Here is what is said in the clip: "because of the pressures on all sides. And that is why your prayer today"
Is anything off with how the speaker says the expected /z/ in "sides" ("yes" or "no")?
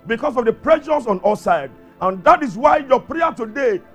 yes